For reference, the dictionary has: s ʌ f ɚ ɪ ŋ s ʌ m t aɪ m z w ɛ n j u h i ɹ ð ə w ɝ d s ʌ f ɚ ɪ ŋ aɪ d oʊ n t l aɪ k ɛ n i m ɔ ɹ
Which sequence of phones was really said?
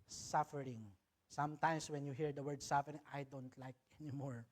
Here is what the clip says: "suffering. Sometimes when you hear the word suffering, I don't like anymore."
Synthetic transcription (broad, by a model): s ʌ f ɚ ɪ ŋ s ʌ m t aɪ m s w ɛ n j u h i ɹ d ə w ɝ d s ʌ f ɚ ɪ ŋ aɪ d oʊ n t l aɪ k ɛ n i m ɔ ɹ